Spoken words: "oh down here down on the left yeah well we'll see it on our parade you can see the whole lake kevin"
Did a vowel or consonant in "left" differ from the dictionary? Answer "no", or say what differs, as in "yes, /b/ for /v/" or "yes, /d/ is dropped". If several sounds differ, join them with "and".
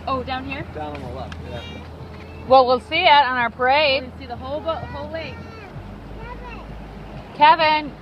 yes, /f/ is dropped